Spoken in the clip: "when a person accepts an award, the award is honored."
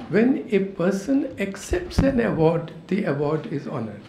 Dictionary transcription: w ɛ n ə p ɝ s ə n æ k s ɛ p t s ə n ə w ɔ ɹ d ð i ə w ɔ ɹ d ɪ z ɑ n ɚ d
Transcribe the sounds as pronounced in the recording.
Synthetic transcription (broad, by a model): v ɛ n ə p ɝ s ə n æ k s ɛ p t s ə n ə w ɔ ɹ d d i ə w ɔ ɹ d ɪ z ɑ n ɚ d